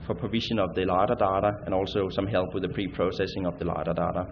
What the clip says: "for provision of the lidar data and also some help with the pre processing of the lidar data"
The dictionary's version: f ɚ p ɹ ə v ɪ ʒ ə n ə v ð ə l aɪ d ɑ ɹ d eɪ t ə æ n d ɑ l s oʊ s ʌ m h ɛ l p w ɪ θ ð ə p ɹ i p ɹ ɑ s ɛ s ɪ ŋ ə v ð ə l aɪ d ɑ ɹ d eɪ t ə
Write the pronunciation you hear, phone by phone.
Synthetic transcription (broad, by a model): f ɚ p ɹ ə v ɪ ʃ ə n ə v ð ə l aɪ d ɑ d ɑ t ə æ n ɑ l s oʊ s ʌ m h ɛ l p w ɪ ð ə p ɹ i p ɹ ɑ s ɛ s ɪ ŋ ə v ð ə l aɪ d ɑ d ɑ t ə